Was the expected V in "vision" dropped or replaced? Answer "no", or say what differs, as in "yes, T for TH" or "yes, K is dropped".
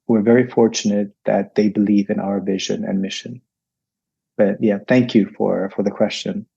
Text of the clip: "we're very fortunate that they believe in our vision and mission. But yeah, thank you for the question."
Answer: no